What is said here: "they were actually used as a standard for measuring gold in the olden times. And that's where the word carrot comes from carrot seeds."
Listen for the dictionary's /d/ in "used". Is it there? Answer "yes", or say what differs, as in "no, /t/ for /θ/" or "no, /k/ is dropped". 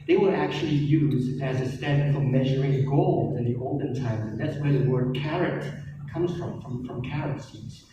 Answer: no, /d/ is dropped